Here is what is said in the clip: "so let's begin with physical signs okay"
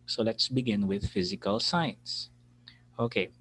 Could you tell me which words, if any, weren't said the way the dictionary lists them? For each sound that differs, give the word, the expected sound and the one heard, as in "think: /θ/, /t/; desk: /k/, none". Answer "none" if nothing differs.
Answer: signs: /z/, /s/